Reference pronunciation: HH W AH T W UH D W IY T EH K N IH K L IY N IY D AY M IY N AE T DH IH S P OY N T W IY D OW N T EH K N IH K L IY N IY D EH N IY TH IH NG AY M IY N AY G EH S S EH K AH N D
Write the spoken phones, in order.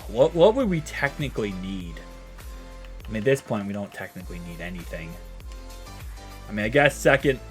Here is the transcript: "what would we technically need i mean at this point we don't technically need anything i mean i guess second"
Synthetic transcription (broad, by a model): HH W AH T W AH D W IY T EH K N IH K L IY N IY D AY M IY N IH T DH IH S P OY N T W IY D OW N T EH K N IH K L IY N IY D EH N IY TH IH NG AY M IY N AY G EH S S EH K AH N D